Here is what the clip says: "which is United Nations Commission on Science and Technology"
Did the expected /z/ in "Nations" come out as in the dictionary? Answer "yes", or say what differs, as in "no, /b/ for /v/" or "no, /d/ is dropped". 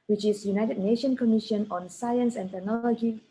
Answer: no, /z/ is dropped